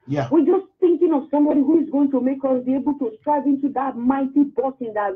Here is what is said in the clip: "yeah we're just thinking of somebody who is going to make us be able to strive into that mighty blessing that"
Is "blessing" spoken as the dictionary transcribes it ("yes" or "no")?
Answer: no